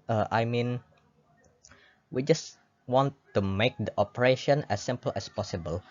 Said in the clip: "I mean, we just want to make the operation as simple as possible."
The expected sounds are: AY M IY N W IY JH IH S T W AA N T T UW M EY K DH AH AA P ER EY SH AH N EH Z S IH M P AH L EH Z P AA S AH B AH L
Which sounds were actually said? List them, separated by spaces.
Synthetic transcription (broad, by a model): AY M IY N W IY JH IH S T W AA N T T UW M EY K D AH AA P ER EY SH AH N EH S IH M P AH L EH S P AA S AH B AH L